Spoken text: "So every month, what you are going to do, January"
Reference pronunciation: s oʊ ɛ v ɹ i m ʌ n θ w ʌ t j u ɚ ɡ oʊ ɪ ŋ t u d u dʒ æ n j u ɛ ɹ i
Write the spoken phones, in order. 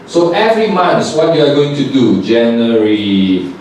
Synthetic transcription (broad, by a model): s oʊ ɛ v ɹ i m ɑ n s w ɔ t j u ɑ ɡ oʊ ɪ ŋ t u d u dʒ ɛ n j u ɹ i